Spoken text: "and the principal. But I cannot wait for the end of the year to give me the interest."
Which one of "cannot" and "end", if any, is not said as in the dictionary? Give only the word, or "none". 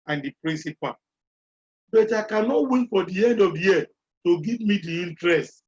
none